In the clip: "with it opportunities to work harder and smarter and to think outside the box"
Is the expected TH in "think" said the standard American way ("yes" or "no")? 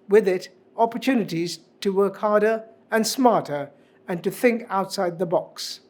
yes